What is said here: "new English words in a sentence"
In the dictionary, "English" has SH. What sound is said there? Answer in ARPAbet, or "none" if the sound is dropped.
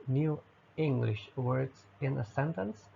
SH